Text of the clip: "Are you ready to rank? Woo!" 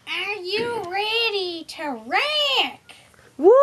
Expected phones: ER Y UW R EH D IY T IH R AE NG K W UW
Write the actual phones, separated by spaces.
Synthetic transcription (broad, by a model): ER Y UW R EH D IY T IH R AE K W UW